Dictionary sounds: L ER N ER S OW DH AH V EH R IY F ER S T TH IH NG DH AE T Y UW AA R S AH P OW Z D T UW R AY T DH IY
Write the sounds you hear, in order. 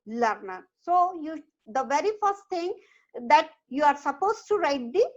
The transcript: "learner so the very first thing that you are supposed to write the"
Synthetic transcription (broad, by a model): L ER N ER S OW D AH V EH R IY F ER S T T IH NG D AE T Y UW AA R S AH P OW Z T UW R AY T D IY